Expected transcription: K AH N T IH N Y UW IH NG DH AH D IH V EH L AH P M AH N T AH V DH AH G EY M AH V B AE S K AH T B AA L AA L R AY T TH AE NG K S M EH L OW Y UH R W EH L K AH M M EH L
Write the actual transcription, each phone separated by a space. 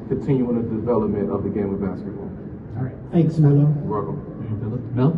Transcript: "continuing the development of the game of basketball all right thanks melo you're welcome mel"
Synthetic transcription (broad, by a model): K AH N T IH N Y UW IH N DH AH D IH V EH L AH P M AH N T AH V DH AH G EY M AH V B AE S K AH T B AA AA L R AY T TH AE NG K S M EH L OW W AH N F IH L AH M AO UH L